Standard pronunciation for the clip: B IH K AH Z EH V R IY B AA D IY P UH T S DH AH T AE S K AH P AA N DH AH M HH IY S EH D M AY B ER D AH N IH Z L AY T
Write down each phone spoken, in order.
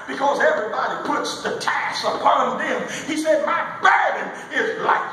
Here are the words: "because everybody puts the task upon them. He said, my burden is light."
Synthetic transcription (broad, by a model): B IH K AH Z EH V R IY B AA D IY P UH T S DH AH T AE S AH P AA N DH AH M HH IY S EH D M AY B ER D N IH Z L AY